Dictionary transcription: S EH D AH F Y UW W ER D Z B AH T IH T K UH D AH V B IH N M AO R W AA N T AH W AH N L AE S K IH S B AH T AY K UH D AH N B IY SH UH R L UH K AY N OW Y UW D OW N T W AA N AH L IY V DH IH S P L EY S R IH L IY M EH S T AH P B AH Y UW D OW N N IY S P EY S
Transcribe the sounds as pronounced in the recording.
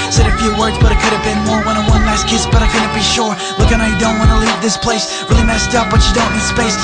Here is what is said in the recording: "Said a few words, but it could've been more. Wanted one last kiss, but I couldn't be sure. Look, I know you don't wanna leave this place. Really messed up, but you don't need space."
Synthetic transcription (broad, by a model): S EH D AH F Y UW W ER D Z B AH T IH T K UH D AH V B IH N M AO R W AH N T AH W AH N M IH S K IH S B AH T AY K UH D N B IY SH UH R L UH K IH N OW Y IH D OW N T W AA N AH L IY V DH IH S P L EY S R IH L IY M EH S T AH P B AH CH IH D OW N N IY S P EY S